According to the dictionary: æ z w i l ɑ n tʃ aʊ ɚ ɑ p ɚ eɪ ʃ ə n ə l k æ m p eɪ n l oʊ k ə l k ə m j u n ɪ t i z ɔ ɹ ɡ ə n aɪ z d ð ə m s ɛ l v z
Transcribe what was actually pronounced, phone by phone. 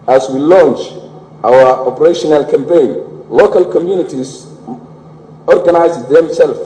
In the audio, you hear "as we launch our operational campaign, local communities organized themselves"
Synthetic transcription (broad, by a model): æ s w i l ɑ n tʃ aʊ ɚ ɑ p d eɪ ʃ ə n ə l k æ m p eɪ n l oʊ k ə l k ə m j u n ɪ t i s ɔ ɹ ɡ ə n aɪ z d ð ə m s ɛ l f